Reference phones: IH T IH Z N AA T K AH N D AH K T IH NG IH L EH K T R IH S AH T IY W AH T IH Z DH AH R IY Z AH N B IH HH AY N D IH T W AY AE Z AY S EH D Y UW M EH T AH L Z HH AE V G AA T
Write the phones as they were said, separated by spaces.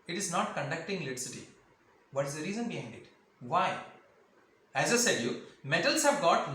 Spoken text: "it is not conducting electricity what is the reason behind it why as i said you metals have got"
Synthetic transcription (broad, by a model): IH T IH Z N AA T K AH N D AH K T IH NG L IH T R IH S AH T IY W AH T IH Z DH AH R IY Z AH N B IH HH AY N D IH T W AY AE Z AY S EH D Y UW M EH T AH L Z HH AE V G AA T